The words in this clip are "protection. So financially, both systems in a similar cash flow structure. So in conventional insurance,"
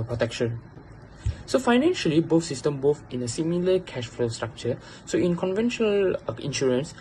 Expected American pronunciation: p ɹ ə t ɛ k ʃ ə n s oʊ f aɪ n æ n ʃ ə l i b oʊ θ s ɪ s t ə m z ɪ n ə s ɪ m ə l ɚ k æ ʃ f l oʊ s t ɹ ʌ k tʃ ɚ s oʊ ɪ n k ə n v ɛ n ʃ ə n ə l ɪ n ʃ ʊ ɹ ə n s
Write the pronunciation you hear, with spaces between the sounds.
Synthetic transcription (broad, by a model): p ɹ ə t ɛ k ʃ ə n s oʊ f aɪ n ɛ n ʃ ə l i b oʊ f s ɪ s t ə m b ɪ n ə s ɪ m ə l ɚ k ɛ ʃ f l oʊ s t ɹ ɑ k tʃ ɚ s oʊ ɪ n k ə n v ɛ n ʃ ə n ə l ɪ n ʃ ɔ ɹ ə n s